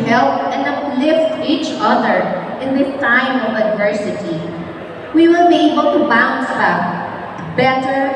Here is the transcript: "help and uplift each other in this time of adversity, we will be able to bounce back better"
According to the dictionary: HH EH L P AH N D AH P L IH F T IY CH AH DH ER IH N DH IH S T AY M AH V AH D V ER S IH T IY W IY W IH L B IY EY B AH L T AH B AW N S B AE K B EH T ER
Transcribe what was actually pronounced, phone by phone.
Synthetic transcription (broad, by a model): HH EH L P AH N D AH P L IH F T IY CH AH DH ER IH N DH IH T AY M AH V AH D V ER S IH T IY W IY W IH L B IY EY B AH L T AH B AW N S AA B EH T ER